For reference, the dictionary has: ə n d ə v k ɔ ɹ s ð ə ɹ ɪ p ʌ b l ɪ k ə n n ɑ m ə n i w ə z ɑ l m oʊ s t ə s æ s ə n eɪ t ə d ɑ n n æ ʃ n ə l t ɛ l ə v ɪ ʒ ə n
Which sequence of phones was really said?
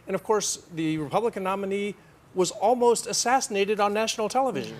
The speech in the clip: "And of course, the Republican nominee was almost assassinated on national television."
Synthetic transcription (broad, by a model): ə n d ə v k ɔ ɹ s ð ə ɹ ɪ p ʌ b l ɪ k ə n n ɑ m ə n i w ə z ɑ l m oʊ s t ə s æ s ə n eɪ t ə d n n æ ʃ n l t ɛ l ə v ɪ ʒ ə n